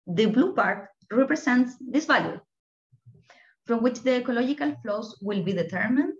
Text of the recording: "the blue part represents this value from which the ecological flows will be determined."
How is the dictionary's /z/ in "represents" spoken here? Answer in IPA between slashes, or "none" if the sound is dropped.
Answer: /s/